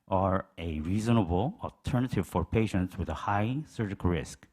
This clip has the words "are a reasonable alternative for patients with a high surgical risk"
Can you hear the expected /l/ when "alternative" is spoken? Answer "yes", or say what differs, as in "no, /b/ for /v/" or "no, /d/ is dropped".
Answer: yes